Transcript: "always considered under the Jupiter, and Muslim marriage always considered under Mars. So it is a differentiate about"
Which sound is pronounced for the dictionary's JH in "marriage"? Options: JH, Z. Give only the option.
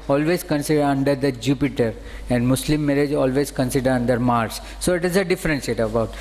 JH